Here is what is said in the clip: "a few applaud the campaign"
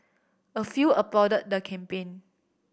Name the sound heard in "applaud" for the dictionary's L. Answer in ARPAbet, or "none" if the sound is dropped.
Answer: none